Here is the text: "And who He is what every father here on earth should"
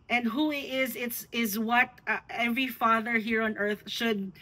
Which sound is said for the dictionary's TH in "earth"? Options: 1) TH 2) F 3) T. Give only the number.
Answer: 1